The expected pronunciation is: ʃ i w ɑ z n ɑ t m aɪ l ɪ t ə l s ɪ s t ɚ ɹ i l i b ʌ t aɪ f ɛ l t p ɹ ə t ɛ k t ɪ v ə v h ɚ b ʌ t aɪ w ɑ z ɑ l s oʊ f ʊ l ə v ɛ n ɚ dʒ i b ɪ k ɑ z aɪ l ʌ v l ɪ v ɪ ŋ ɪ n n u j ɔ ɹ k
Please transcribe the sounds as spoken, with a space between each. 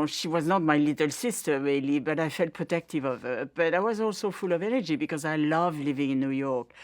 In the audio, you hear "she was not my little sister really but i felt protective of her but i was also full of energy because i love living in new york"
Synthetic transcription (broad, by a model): ʃ i w ɑ z n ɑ t m aɪ l ɪ t ə l s ɪ s t ɚ ɹ i l i b ʌ t aɪ f ɛ l t p ɹ ə t ɛ k t ɪ v ə v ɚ b ʌ t aɪ w ɑ z ɑ l s oʊ f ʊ l ə v ɛ n ɚ dʒ i b ɪ k ɑ z aɪ l ʌ v l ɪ v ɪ ŋ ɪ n n u j ɔ ɹ k